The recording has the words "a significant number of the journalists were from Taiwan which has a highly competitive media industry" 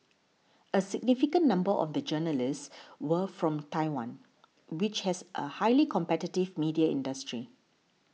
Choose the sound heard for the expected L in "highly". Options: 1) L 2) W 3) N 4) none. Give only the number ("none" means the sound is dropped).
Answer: 1